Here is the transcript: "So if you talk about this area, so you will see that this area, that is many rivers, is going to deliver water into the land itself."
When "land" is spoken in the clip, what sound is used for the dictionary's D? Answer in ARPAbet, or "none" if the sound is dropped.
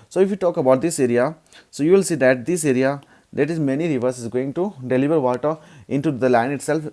none